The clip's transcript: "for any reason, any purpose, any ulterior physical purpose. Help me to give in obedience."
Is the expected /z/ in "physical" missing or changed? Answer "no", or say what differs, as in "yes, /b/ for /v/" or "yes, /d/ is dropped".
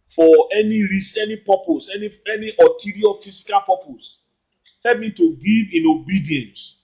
yes, /s/ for /z/